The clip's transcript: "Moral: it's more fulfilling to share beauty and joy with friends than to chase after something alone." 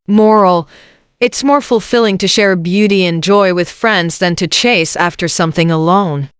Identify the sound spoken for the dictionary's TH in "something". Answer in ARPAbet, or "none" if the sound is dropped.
TH